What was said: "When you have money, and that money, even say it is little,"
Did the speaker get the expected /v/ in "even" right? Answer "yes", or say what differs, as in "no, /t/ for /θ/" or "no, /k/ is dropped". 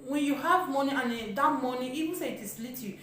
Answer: no, /w/ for /v/